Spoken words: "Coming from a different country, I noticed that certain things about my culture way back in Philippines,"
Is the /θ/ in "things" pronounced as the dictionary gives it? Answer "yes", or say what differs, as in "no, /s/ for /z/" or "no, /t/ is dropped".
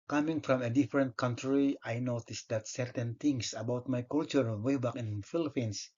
no, /t/ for /θ/